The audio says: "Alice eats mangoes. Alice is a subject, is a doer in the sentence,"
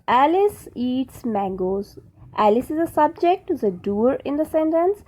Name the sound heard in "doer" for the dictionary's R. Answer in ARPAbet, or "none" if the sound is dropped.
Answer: R